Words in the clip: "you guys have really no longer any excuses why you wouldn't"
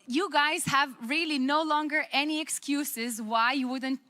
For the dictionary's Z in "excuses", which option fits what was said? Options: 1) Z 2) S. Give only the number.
1